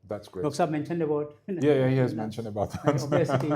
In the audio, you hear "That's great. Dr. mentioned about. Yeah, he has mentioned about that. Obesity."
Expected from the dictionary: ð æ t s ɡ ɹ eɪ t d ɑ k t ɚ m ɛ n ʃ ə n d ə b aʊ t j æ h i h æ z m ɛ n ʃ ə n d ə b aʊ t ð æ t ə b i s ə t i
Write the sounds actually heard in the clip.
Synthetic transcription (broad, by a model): ð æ t s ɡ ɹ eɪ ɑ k s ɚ m ɛ n ʃ ə n d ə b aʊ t j æ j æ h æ z m ɛ n ʃ ə n d ə b aʊ t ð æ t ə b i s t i